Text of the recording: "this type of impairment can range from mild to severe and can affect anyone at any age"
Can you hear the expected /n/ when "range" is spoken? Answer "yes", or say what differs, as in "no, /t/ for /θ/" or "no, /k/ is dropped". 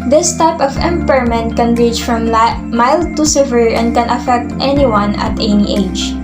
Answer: no, /n/ is dropped